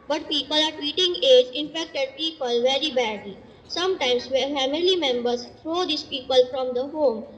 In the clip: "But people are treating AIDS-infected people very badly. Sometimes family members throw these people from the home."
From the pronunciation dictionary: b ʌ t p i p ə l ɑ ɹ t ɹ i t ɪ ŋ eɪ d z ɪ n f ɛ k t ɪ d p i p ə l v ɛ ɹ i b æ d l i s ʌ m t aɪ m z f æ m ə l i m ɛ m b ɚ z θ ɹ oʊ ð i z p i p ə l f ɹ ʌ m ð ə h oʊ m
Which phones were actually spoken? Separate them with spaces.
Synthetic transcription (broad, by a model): b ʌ t p i p ə l ɑ ɹ t w i t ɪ ŋ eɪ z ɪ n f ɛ k t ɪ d p i p ə l v ɛ ɹ i b æ d l i s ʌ m t aɪ m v f æ m ə l i m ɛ m b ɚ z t ɹ oʊ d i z p i p ə l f ɹ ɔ m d ə h oʊ m